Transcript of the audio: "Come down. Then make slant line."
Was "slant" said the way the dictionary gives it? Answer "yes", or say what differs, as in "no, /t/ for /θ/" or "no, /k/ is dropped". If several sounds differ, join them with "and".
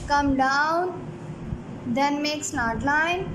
no, /n/ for /l/ and /n/ is dropped